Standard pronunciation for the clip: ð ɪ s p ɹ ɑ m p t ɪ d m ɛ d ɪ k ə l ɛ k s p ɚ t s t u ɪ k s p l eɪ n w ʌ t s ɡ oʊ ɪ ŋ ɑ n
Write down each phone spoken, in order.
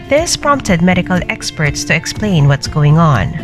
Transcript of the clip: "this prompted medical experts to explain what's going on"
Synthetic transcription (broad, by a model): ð ɪ s p ɹ ɑ m p t ɪ d m ɛ d ɪ k ə l ɛ k s p ɚ t s t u ɪ k s p l eɪ n w ʌ t s ɡ oʊ ɪ ŋ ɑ n